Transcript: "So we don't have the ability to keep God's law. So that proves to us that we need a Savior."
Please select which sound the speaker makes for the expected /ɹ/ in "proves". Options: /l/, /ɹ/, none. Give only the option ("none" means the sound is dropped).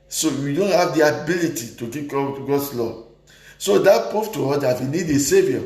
none